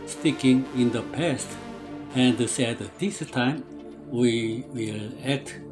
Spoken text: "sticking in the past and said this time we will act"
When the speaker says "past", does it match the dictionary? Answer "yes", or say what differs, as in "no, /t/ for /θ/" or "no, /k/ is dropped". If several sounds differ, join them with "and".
yes